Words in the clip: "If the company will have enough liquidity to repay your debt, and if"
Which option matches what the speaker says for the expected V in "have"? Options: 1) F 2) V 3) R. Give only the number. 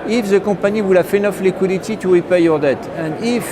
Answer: 1